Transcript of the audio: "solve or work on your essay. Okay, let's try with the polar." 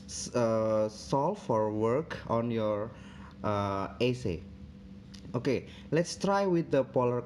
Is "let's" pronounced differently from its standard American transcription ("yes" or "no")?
no